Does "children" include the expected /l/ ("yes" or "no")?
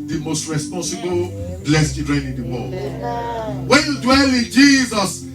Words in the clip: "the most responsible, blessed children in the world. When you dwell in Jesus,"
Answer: no